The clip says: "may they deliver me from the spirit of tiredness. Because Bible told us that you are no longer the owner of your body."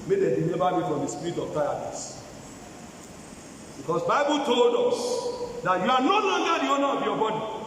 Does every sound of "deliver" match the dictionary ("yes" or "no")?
no